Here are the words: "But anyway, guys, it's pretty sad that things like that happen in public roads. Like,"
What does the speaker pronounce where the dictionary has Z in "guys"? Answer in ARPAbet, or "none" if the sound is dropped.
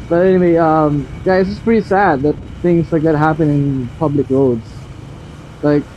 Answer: none